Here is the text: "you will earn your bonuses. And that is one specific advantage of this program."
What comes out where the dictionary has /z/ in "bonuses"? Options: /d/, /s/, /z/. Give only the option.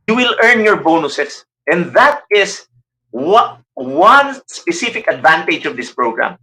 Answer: /s/